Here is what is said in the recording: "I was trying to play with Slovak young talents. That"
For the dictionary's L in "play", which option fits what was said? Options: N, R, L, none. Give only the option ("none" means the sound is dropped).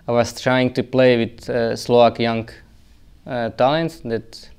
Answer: L